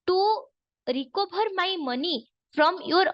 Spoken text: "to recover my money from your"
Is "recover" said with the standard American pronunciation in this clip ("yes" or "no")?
no